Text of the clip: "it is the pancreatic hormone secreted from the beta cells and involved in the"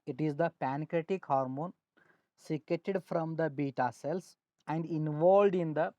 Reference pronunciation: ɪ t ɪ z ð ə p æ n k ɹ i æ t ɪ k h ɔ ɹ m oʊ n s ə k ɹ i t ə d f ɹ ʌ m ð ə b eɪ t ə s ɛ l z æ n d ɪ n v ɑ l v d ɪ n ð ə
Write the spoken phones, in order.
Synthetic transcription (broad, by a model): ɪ t ɪ z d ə p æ n k ɹ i t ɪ k h ɔ ɹ m oʊ n s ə k ɛ t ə d f ɹ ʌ m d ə b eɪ t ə s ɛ l s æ n d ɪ n v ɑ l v d ɪ n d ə